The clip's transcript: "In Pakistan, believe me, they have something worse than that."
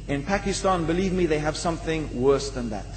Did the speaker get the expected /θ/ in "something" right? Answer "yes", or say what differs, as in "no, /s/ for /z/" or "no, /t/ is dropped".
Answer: yes